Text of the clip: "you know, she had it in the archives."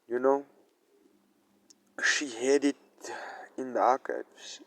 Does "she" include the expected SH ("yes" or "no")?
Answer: yes